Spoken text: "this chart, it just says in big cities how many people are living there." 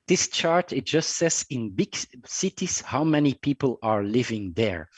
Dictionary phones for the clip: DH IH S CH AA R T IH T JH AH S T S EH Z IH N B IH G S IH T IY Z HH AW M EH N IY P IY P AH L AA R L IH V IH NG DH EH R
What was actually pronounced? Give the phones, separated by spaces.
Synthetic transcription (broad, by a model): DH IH S CH AA R T IH T JH AH S T S EH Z IH N B IH G S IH T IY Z HH AW M EH N IY P IY P AH L AA R L IH V IH NG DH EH R